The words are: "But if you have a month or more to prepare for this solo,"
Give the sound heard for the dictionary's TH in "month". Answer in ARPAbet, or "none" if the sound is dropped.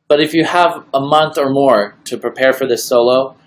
TH